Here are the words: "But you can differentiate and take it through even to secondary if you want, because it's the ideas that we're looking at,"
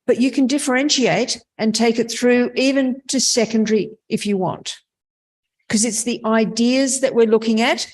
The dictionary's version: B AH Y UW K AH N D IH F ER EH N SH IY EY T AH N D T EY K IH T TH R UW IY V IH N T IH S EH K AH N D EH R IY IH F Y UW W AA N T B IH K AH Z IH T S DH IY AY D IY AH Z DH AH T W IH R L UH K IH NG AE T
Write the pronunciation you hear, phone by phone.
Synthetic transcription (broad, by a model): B AH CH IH K AH N D IH F ER EH N SH IY EY T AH N T EY K IH T TH R UW IY V IH N T IH S EH K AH N D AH R IY IH F Y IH W AA N T K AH Z IH T S DH IY AY D IY AH Z DH AH T W IH R L UH K IH NG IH T